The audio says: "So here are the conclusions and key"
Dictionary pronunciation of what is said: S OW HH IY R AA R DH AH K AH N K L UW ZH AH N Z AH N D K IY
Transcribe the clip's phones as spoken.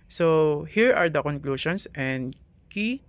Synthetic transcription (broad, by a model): S OW HH IY R AA R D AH K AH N K L UW SH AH N S AH N D K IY